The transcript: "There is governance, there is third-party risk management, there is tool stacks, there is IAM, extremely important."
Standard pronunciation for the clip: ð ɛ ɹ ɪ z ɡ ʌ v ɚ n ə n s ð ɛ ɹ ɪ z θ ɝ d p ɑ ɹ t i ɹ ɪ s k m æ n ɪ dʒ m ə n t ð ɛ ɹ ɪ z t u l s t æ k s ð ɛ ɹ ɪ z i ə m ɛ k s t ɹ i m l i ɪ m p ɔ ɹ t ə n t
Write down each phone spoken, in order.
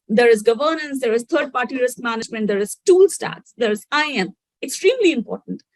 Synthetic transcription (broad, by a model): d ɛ ɹ ɪ z ɡ ʌ v ɚ n ə n s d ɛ ɹ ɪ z t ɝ d p ɑ ɹ t i ɹ ɪ s k m æ n ɪ dʒ m ə n t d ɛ ɹ ɪ z t u l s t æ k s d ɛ ɹ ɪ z i ə m ɛ k s t ɹ i m l i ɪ m p ɔ ɹ t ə n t